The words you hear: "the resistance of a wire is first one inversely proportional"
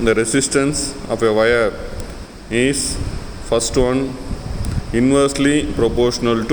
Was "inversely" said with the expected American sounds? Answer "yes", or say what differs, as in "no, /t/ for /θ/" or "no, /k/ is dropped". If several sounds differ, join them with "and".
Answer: yes